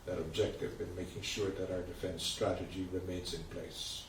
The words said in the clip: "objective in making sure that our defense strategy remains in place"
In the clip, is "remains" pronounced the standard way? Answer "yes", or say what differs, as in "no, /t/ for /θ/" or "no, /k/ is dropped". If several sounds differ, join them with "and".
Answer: yes